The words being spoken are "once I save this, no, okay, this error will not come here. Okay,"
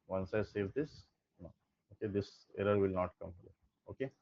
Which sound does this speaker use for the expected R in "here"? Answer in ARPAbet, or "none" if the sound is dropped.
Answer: L